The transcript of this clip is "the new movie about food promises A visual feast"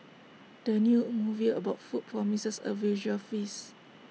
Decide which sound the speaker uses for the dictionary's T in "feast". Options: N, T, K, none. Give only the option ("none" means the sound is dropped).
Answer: none